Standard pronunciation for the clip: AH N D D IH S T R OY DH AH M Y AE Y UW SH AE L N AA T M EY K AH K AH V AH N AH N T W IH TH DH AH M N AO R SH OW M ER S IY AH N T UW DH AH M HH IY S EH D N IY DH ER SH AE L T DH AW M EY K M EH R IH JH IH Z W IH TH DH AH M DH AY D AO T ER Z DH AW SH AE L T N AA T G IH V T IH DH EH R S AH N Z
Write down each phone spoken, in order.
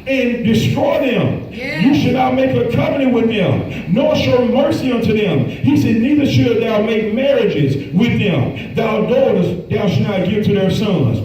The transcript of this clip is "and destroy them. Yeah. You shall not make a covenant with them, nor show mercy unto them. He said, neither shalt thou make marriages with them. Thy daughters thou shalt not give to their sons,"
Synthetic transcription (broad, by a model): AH N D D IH S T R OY DH AH M Y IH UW SH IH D N AA T M EY K AH K AH P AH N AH W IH DH AH M N AO R SH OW M ER S IY AH N T UW DH AH M HH IY S EH D N IY DH ER SH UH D DH AW M EY K M EH R IH JH IH Z W IH DH AH M DH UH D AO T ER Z DH AW SH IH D N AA T G IH V T IH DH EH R S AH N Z